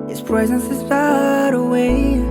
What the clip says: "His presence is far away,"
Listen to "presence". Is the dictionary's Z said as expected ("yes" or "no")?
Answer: yes